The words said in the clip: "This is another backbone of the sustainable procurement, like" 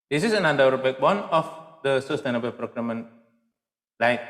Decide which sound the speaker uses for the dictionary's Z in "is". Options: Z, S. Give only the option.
S